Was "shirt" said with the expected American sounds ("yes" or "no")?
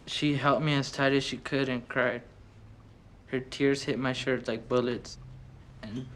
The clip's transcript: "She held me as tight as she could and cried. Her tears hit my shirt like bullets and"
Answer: yes